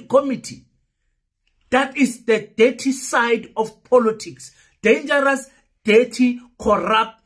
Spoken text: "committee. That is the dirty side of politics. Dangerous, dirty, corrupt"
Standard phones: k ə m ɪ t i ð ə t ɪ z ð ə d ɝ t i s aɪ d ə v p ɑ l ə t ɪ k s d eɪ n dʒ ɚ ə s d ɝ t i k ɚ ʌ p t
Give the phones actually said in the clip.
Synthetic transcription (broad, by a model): k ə m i t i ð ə t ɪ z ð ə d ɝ t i s aɪ d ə f p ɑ l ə t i k s d eɪ n dʒ ɚ ə s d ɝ t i k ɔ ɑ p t